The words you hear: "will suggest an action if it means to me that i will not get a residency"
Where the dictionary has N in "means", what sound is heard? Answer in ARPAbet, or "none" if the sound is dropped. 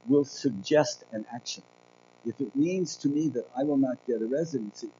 N